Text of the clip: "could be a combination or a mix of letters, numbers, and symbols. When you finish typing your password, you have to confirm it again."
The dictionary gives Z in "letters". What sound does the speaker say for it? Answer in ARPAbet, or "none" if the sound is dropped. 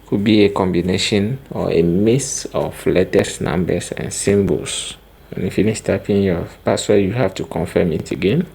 S